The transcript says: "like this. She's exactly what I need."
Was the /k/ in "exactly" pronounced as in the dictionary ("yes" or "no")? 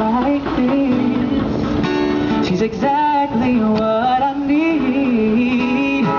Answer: yes